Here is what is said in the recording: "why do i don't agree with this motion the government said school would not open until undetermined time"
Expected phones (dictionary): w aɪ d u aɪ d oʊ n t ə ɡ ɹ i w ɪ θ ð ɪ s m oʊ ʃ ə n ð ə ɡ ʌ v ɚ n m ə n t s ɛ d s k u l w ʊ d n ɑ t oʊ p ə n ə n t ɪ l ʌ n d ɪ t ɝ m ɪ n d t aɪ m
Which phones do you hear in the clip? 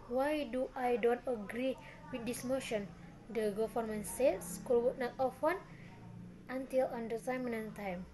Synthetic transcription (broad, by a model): w aɪ d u aɪ d oʊ n t ə ɡ ɹ i w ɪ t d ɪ s m oʊ ʃ ə n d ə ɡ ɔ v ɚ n m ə n s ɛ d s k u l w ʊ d n ɑ t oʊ f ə n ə n t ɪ l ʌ n d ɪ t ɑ m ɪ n t aɪ m